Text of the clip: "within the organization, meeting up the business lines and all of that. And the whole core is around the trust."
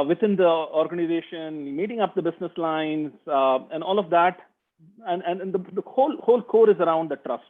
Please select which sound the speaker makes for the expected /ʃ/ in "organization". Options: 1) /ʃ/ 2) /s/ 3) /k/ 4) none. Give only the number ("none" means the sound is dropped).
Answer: 1